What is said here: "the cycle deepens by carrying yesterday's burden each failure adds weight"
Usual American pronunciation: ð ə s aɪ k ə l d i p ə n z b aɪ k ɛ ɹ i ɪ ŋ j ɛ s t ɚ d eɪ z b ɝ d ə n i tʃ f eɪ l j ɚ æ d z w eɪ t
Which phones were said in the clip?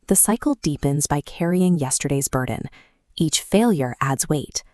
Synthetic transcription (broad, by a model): ð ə s aɪ k l d i p ə n z b aɪ k ɛ ɹ i ɪ ŋ j ɛ s t ɚ d eɪ z b ɝ d n i tʃ f eɪ l j ɚ æ d z w eɪ t